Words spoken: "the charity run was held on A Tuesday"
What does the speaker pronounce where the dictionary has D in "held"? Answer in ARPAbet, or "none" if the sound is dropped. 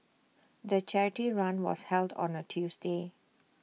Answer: D